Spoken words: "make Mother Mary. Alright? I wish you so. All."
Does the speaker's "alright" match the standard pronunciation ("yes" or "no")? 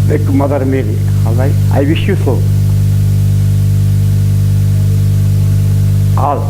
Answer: no